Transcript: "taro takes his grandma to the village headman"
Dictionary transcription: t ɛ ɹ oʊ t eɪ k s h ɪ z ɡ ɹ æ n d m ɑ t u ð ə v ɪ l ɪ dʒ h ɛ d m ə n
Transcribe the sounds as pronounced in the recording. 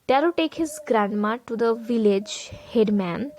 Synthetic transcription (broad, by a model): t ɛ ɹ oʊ t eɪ k h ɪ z ɡ ɹ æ n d m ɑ t u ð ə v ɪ l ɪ dʒ h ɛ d m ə n